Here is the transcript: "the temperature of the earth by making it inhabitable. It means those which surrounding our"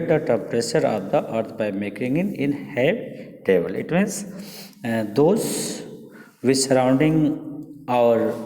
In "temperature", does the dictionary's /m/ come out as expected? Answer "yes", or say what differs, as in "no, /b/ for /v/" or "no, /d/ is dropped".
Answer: no, /m/ is dropped